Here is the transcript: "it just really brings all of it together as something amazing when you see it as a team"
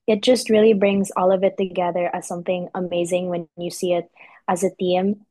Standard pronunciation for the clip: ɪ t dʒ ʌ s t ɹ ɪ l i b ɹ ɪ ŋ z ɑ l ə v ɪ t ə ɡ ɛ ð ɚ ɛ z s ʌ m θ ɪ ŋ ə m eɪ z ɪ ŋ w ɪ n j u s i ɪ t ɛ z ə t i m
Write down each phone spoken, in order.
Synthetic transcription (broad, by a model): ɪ t dʒ ʌ s t ɹ ɪ l i b ɹ ɪ ŋ z ɑ l ə v ɪ t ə ɡ ɛ ð ɚ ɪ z s ʌ m θ ɪ ŋ ə m eɪ z ɪ ŋ w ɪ n j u s i ɪ t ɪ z ə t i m